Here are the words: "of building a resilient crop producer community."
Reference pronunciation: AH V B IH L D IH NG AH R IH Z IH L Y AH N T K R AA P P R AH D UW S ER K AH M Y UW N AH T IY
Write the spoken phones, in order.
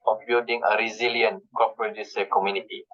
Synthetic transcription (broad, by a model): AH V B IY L D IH NG AH R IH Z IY L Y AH N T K AA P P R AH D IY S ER K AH M Y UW N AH T IY